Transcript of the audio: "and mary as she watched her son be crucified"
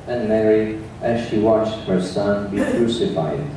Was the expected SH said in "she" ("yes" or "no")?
yes